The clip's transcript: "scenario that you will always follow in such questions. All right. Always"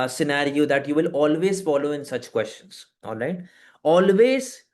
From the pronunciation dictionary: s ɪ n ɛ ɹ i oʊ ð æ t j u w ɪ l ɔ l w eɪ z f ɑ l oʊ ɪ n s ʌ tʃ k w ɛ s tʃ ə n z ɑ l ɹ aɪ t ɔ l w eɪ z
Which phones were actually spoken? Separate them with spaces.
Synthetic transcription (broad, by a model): s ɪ n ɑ ɹ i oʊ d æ t j u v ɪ l ɔ l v eɪ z f ɑ l oʊ ɪ n s ʌ tʃ k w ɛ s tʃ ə n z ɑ n ɹ aɪ t ɔ l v eɪ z